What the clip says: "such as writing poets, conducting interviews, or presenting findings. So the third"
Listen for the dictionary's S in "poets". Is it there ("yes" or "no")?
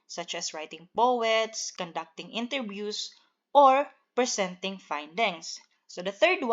yes